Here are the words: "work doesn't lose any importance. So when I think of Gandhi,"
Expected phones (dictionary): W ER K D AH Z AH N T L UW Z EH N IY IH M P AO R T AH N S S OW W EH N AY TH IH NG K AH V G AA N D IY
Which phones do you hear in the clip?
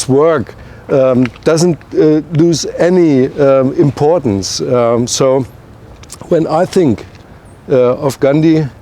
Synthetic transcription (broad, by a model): W ER K D AH Z AH N T L UW Z EH N IY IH M P AO R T N S S OW W EH N AY TH IH NG K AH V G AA N D IY